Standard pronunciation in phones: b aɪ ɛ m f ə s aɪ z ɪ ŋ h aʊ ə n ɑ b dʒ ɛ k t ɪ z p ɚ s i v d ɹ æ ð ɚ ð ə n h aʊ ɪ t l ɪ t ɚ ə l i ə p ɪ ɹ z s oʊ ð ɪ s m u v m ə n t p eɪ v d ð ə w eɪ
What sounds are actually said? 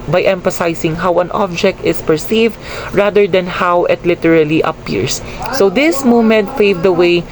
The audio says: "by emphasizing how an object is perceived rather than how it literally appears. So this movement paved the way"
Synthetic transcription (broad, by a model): b aɪ ɛ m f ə s aɪ s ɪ ŋ h aʊ ə n ɑ b dʒ ɛ k t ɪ s p ɚ s i v d ɹ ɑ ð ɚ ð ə n h aʊ ɪ t l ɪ t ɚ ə l i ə p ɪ ɹ s oʊ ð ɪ s m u m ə n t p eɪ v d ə w eɪ